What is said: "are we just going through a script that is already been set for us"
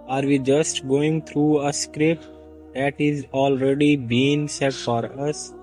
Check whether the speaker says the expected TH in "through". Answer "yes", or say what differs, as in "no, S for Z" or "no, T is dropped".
no, T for TH